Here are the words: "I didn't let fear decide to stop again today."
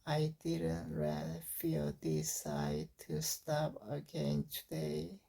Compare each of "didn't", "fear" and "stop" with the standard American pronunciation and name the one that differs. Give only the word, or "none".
fear